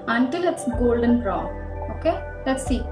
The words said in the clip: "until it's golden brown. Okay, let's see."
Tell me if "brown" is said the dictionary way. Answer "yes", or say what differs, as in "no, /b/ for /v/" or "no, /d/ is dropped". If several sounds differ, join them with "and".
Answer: no, /n/ is dropped